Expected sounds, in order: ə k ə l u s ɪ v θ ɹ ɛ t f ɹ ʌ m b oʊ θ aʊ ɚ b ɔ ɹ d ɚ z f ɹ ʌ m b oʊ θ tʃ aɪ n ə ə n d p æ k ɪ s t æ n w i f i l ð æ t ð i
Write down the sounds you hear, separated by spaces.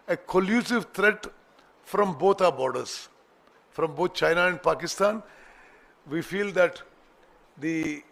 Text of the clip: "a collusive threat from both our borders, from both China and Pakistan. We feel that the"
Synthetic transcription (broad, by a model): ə k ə l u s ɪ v t ɹ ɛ t f ɹ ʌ m b oʊ t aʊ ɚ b ɔ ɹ d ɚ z f ɹ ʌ m b oʊ t tʃ aɪ n ə ə n d p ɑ k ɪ s t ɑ n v i f i l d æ t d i